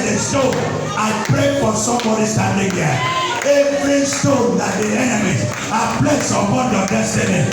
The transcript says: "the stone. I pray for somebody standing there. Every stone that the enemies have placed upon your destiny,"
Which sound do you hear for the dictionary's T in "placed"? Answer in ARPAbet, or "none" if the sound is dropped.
none